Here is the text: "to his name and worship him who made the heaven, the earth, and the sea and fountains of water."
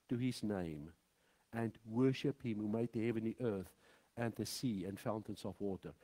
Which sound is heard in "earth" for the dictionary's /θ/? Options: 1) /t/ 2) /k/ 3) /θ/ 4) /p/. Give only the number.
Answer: 3